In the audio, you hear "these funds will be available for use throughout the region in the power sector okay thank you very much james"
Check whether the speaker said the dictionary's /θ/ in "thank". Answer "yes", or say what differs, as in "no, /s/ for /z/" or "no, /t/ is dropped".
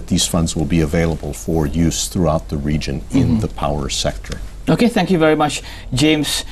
yes